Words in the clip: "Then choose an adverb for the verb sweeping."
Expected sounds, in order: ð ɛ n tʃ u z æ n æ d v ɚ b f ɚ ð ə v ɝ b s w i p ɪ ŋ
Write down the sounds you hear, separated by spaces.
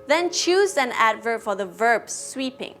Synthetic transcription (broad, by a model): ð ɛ n tʃ u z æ n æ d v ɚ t f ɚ ð ə v ɝ b s w i p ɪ ŋ